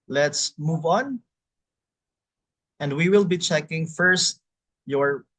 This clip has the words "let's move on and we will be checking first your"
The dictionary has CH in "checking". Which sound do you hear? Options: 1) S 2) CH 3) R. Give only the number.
2